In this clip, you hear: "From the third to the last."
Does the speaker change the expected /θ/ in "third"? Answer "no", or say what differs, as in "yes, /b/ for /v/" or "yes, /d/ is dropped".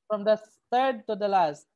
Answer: yes, /t/ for /θ/